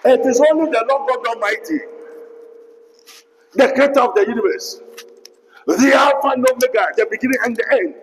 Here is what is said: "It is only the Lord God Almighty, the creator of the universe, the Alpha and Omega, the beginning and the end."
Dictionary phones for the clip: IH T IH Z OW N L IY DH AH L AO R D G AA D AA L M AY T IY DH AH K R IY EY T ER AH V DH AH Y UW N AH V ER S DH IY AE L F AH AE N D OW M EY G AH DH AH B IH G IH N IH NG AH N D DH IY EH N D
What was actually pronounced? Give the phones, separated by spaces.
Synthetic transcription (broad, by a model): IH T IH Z OW N L IY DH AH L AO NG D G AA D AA M AY T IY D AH K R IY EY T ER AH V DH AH Y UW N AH V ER S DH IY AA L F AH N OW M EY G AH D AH B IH G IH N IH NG AH N D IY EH N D